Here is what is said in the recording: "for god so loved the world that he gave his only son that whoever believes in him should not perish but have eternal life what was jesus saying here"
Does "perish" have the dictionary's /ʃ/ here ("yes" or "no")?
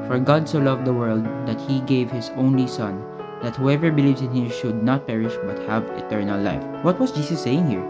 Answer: yes